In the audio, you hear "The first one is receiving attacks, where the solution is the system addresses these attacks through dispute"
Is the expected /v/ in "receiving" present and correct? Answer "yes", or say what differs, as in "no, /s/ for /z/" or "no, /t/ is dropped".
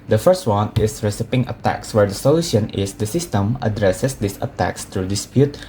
no, /p/ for /v/